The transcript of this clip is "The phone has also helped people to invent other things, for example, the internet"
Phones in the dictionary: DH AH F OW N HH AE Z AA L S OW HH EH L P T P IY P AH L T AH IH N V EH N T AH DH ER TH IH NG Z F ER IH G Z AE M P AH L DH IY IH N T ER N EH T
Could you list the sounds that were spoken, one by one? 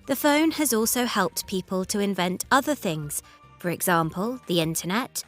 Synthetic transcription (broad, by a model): DH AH F OW N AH Z AA L S OW HH EH L P T P IY P AH L T AH IH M V EH N T AH DH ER TH IH NG Z F ER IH G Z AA M P AH L DH IY IH N T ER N EH T